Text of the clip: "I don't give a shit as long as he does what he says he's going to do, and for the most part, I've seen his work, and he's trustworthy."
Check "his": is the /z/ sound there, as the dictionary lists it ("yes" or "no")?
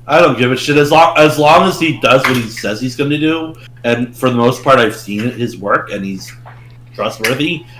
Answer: yes